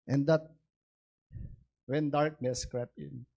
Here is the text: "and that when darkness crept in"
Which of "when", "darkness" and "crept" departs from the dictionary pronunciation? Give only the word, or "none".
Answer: crept